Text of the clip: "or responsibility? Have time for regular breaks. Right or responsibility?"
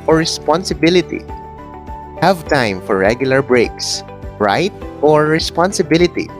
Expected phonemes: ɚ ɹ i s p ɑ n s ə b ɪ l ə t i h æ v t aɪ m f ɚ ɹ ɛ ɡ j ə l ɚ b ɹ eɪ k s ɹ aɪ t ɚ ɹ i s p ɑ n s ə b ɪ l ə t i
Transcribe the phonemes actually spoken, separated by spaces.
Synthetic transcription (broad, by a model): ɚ ɹ i s p ɑ n s ə b ɪ l ə t i h æ v t aɪ m f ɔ ɹ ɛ ɡ j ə l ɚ b ɹ eɪ k s ɹ aɪ t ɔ ɹ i s p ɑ n s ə b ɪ l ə t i